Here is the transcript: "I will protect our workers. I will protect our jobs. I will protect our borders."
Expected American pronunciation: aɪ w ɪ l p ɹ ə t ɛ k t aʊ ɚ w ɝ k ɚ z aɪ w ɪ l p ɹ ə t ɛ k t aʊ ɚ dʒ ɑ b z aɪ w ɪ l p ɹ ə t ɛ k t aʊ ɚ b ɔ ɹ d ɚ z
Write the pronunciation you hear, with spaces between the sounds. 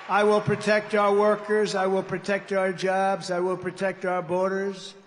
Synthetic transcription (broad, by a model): aɪ w ɪ l p ɹ ə t ɛ k t aʊ ɚ w ɝ k ɚ z aɪ w ɪ l p ɹ ə t ɛ k t aʊ ɚ dʒ ɑ b z aɪ w ɪ l p ɹ ə t ɛ k t aʊ ɚ b ɔ ɹ d ɚ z